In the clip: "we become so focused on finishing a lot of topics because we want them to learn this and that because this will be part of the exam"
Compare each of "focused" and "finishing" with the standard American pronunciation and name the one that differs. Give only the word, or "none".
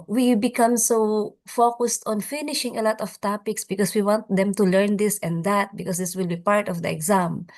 none